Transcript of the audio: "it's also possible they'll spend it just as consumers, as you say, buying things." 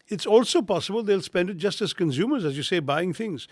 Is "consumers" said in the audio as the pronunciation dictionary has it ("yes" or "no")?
yes